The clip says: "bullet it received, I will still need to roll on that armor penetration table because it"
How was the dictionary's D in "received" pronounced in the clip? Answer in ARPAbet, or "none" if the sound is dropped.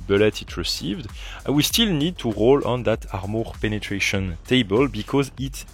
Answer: D